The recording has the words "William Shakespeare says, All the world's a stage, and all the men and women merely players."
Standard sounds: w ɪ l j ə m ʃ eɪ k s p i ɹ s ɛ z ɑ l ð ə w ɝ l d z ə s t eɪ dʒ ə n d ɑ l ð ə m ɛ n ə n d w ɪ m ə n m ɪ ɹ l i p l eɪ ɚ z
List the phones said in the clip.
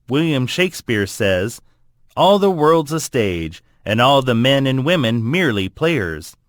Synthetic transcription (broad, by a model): w ɪ l j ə m ʃ eɪ k s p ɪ ɹ s ɛ z ɑ l ð ə w ɝ l d z ə s t eɪ dʒ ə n ɑ l ð ə m ɛ n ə n w ɪ m ə n m ɪ ɹ l i p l eɪ ɚ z